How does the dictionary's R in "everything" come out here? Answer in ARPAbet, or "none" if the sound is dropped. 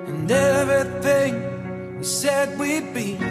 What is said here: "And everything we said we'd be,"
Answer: none